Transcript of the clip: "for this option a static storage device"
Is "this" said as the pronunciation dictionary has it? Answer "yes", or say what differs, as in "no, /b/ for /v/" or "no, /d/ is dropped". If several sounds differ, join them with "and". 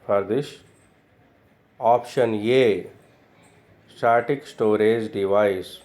no, /ʃ/ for /s/